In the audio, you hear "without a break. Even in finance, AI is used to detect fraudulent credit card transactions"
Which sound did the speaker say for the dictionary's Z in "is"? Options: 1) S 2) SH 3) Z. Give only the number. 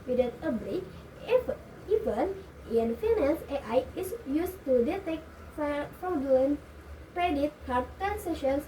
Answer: 1